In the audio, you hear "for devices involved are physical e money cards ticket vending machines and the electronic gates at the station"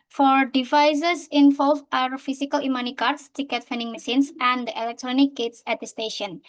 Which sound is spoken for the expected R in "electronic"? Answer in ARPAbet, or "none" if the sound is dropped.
R